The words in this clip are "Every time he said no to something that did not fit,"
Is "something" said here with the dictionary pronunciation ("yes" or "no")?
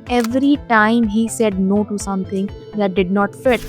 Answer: no